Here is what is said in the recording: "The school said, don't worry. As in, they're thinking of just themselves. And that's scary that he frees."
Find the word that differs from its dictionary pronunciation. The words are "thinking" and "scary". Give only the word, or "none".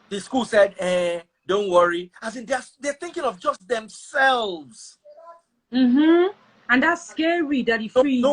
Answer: none